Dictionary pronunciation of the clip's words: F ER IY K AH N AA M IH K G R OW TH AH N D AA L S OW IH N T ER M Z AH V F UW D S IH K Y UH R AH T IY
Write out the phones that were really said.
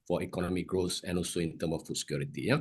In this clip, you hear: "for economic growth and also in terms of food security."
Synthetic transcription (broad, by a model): F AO IY K AH N AA M IH K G R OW S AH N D AA L S OW IH N T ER M AH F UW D S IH K Y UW R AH T IY